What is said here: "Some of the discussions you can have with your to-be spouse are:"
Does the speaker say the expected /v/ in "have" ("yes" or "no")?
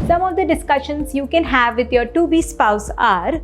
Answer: yes